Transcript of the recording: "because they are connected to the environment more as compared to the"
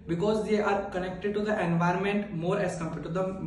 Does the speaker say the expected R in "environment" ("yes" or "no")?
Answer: yes